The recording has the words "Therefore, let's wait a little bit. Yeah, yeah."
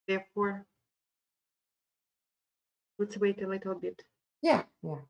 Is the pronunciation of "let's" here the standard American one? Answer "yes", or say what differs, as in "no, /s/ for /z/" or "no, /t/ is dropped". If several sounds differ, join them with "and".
no, /w/ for /l/